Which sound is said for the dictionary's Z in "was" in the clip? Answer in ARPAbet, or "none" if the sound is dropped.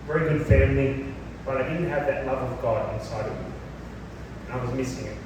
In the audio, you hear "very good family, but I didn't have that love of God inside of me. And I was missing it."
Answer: Z